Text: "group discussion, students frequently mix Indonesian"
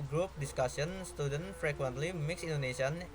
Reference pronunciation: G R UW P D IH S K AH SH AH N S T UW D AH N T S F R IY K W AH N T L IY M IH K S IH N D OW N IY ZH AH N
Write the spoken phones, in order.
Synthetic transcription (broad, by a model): G R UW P D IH S K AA S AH N S T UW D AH N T F R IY K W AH N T L IY M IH K S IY N D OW N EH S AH N